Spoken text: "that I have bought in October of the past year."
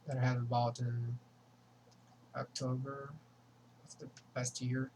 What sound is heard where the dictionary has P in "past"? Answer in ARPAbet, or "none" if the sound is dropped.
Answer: B